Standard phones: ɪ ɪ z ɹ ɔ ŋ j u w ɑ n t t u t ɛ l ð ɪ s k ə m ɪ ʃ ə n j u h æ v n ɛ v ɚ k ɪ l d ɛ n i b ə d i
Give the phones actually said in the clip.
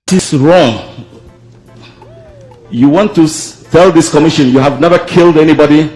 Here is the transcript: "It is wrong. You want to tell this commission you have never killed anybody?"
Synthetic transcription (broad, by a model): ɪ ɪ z ɹ ɔ ŋ j u w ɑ n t t u t ɛ l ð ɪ s k ə m ɪ ʃ ə n j u h æ v n ɛ v ɚ k ɪ l d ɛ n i b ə d i